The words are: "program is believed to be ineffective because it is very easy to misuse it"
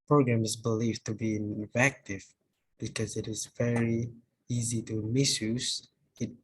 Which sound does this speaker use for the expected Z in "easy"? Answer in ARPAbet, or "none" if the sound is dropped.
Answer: Z